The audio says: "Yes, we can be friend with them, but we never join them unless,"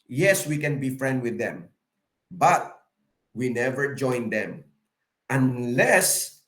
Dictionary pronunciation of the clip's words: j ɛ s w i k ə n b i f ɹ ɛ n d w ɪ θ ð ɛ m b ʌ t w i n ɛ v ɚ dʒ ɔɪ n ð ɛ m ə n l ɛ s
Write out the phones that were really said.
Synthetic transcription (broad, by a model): j ɛ s w i k ə n b i f ɹ ɛ n d w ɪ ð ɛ m b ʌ t w i n ɛ v ɚ dʒ ɔɪ n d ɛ m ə n l ɛ s